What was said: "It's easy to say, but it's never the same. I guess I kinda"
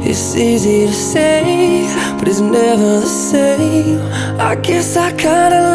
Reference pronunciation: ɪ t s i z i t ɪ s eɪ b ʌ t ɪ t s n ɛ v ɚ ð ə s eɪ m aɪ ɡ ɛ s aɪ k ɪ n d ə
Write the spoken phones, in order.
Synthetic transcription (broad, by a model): ɪ t s i z i t ɪ s eɪ b ʌ t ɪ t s n ɛ v ɚ s eɪ aɪ ɡ ɛ s aɪ k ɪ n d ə